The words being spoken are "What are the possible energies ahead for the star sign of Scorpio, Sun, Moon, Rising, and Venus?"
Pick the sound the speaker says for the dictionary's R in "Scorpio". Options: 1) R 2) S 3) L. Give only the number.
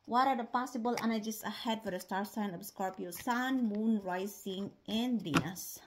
1